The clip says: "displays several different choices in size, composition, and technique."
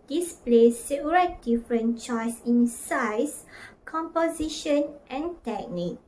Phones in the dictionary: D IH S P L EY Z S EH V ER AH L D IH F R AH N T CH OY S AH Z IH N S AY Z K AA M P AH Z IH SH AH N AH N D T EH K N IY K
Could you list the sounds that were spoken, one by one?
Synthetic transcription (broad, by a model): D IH S P L EY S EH P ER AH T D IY F R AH N CH OY S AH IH N S AY S K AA M P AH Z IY SH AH N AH N T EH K N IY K